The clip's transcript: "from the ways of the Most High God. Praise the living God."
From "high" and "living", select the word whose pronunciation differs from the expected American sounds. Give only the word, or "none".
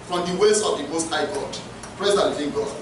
living